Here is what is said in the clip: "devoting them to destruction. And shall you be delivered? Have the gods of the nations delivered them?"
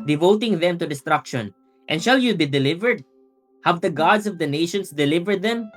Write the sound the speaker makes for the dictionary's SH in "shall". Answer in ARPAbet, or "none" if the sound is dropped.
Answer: SH